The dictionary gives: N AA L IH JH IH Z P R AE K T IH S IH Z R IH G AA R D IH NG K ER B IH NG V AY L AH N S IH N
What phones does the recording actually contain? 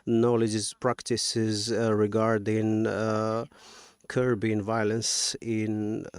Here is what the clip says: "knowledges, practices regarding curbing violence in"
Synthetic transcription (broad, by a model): N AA L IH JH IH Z P R AE K T IH S IH Z R IH G AA R D IH NG K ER B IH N V AY L AH N S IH N